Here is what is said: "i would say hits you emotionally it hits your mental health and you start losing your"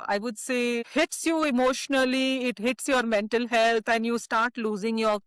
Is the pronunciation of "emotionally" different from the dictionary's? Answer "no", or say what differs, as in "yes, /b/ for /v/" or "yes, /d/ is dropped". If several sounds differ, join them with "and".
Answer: no